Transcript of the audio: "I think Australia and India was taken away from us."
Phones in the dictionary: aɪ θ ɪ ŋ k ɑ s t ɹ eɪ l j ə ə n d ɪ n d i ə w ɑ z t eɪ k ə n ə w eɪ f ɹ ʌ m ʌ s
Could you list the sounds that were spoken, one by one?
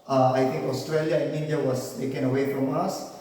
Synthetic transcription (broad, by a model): aɪ t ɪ ŋ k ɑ s t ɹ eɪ l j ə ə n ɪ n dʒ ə w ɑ s t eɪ k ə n ə w eɪ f ɹ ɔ m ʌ s